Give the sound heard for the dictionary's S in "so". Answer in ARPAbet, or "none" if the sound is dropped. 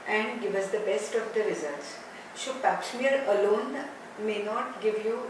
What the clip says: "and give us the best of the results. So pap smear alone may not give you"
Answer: SH